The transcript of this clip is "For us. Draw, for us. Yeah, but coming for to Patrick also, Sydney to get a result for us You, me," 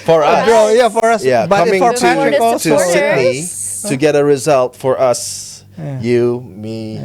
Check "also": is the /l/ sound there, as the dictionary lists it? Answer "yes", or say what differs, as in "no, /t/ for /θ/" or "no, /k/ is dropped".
no, /l/ is dropped